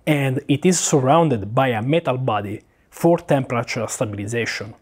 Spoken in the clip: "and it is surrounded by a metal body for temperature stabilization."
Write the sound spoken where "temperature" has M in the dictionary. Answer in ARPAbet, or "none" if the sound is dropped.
M